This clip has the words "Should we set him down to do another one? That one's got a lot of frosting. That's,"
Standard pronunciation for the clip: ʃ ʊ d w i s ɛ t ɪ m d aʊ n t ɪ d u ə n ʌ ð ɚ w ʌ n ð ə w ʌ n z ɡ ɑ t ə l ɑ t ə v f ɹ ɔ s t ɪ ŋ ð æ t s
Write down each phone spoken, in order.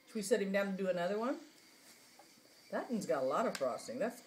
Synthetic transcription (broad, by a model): w i s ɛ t ɪ m d aʊ n t ɪ d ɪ ə n ʌ ð ɚ w ʌ n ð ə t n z ɡ ɑ t ə l ɑ t ə v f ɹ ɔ s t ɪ ŋ ð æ t s